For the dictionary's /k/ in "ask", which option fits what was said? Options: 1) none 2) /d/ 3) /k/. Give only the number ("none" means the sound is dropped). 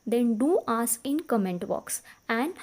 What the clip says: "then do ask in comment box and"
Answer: 1